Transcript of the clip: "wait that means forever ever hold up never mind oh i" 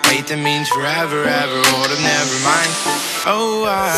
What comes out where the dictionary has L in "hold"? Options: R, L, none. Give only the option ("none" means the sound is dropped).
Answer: none